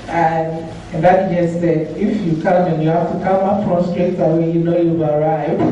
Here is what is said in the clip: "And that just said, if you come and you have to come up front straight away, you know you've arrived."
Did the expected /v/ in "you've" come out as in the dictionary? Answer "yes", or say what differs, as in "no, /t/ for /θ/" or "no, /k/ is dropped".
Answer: no, /b/ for /v/